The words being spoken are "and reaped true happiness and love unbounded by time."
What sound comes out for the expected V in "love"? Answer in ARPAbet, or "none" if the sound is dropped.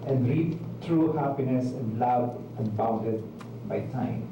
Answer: B